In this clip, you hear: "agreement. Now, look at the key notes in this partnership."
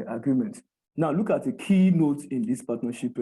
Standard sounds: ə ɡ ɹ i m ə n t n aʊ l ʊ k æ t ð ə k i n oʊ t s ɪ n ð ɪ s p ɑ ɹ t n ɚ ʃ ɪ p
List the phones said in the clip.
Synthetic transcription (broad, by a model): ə ɡ ɹ i m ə n t n aʊ l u k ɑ t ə k i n oʊ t ɪ n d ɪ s p ɑ t n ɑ ʃ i p